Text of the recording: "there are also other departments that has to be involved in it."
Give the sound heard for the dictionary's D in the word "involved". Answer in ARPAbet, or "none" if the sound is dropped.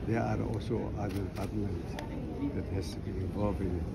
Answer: none